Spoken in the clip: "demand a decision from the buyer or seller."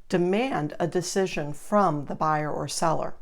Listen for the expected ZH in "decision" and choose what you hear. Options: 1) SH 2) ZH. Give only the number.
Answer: 2